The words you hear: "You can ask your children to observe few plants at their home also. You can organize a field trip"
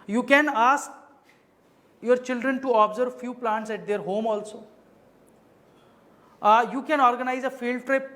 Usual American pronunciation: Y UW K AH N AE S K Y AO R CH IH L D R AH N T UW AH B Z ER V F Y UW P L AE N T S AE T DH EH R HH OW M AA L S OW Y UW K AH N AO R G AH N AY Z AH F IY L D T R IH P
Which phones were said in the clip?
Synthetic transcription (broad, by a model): Y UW K AH N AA S K Y AO R CH IH L D R AH N T UW AH B Z ER V F Y UW P L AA N T S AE T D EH R HH OW M AA L S OW Y UW K AH N AO R G AH N AY Z AH F IY L D T R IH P